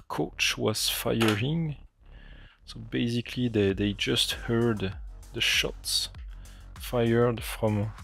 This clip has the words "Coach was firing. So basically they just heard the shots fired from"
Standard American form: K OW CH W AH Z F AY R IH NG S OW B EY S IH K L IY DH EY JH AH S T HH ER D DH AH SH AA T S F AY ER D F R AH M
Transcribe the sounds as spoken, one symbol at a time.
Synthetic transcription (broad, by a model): K OW CH W AH Z F AY R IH NG S OW B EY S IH K L IY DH EY JH AH S T HH ER D DH AH SH AA T S F AY ER D F R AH M